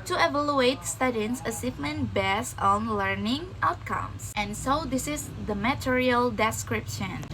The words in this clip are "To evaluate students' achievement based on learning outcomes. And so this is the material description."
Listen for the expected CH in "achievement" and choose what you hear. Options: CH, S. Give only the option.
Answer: S